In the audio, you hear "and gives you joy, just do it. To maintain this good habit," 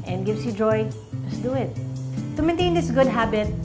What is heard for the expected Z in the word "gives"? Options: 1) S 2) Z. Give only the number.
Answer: 1